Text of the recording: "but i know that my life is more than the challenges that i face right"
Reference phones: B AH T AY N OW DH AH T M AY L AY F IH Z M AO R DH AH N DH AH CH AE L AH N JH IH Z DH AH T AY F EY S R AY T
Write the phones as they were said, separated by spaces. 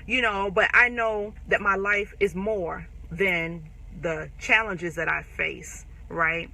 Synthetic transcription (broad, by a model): B AH T AY N OW DH AH T M AY L AY F IH Z M AO R DH AH N DH AH CH AE L AH N JH IH Z DH AH T AY F EY S R AY T